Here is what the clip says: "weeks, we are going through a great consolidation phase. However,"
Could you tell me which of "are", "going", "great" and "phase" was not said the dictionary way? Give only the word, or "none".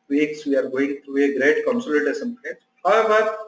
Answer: phase